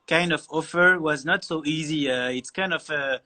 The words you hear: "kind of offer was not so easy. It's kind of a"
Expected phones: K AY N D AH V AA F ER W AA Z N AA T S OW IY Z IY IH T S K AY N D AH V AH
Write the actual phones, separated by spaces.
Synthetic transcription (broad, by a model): K AY N D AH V AA F ER W AA Z N AA T S OW IY Z IY IH T S K AY N D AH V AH